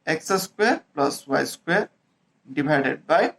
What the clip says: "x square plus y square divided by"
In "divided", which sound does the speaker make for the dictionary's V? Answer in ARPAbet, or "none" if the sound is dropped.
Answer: B